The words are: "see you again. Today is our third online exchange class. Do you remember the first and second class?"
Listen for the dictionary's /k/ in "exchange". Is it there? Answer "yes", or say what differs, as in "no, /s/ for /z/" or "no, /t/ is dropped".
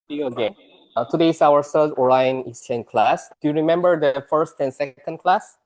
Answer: no, /k/ is dropped